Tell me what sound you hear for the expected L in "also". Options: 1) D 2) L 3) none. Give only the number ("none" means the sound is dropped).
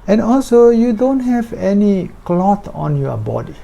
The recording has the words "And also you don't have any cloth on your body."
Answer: 2